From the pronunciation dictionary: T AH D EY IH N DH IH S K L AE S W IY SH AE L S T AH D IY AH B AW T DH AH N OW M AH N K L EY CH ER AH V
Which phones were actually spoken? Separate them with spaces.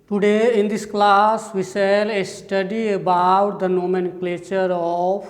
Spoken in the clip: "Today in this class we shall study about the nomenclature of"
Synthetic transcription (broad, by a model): T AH D EY IH N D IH S K L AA S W IY S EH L S T AH D IY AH B AW T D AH N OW M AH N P L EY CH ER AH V